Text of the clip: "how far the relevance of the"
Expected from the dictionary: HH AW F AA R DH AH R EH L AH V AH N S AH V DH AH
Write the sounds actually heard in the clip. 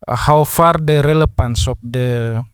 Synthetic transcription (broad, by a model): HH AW F AA R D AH R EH L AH F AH N S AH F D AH